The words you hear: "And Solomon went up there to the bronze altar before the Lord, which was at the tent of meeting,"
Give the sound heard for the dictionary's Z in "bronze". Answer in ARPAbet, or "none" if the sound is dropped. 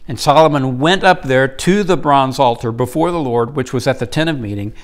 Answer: Z